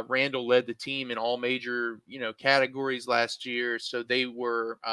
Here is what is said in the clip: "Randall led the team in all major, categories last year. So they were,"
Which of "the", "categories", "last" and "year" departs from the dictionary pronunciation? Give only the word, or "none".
none